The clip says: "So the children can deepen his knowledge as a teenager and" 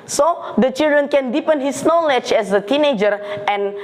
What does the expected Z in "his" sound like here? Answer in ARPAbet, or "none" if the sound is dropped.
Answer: S